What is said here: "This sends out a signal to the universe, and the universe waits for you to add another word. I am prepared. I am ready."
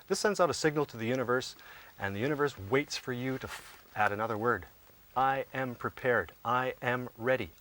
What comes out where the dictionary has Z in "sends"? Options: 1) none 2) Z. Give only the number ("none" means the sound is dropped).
2